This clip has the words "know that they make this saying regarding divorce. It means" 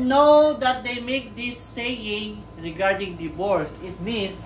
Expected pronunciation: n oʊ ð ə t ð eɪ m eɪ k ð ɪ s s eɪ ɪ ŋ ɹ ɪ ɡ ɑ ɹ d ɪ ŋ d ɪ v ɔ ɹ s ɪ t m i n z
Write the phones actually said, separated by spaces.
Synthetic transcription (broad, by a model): n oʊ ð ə t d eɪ m eɪ k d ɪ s s eɪ ɪ ŋ ɹ ɪ ɡ ɑ ɹ d ɪ ŋ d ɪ b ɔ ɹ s ɪ t m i n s